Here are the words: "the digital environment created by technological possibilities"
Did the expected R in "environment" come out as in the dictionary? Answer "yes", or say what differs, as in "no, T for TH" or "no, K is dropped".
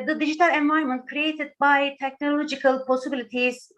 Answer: no, R is dropped